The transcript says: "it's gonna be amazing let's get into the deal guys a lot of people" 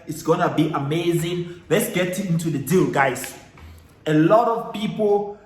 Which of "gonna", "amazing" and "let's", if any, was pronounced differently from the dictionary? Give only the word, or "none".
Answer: none